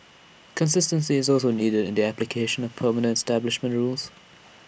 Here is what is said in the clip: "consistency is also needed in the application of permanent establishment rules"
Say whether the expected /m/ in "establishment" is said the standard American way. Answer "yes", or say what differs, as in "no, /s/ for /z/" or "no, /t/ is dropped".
yes